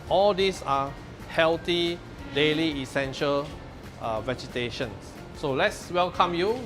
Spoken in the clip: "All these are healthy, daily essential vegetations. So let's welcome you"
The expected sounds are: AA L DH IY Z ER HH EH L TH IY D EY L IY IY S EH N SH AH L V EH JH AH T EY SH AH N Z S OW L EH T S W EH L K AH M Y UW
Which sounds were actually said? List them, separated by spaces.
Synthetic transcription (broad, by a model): AA L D IY S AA HH EH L T IY D EY L IY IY S EH N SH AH L V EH JH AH T EY SH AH N S OW L EH T S W EH L K AH M Y UW